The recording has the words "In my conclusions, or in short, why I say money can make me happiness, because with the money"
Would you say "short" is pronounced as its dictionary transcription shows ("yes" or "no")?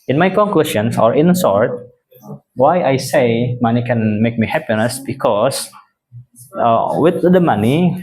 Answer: no